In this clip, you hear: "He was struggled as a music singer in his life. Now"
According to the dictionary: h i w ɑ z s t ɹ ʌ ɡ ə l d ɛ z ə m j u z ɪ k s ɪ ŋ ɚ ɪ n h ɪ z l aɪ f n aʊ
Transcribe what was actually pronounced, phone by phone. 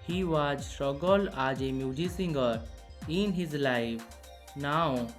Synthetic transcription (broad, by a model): h i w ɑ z s t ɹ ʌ ɡ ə l ɑ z ə m j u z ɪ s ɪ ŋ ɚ ɪ n h ɪ z l aɪ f n aʊ